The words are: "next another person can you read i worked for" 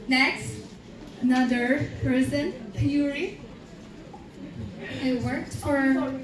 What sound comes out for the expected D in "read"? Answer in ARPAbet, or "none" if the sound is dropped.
none